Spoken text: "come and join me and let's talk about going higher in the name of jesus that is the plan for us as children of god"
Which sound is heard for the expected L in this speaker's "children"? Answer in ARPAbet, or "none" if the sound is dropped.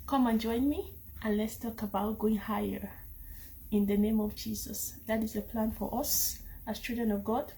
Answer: none